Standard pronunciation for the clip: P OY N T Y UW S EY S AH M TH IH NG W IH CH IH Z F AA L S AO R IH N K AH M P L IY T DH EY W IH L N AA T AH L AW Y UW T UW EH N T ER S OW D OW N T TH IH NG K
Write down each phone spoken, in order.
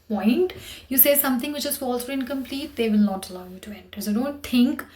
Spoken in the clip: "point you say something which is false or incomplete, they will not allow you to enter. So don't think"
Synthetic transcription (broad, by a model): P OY N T Y UW S EY S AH M T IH NG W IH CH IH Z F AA L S AO R IH N K AH M P L IY T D EY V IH L N AA T AH L AW Y UW T UW EH N T ER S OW D OW N T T IH NG K